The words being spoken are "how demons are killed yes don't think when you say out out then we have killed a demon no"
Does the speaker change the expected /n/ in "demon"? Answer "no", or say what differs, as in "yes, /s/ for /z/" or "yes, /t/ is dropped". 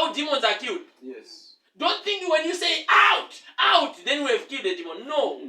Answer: no